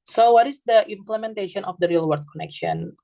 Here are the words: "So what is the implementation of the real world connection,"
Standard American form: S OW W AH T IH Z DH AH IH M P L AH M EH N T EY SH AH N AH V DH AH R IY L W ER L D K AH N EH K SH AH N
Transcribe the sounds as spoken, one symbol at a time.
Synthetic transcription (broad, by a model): S OW W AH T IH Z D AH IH M P L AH M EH N T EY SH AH N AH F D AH R IY L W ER D K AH N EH K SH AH N